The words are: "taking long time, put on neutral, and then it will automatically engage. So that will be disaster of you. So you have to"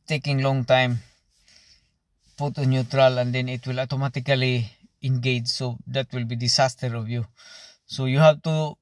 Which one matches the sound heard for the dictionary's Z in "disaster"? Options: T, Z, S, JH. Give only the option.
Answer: S